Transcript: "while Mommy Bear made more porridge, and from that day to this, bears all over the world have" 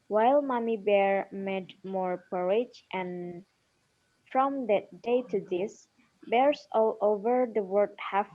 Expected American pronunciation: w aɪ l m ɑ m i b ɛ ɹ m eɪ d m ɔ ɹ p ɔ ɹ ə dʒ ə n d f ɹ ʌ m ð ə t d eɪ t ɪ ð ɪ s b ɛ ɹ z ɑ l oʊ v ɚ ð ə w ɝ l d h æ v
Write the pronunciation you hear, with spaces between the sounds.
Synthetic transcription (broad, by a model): w aɪ l m ɑ m i b ɛ ɹ m eɪ d m ɔ ɹ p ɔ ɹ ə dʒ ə n f ɹ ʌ m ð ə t d eɪ t ɪ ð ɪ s b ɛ ɹ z ɑ l oʊ v ɚ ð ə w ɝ d h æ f